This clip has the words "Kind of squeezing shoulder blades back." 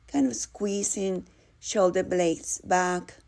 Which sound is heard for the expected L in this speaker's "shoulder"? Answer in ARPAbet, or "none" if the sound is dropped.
L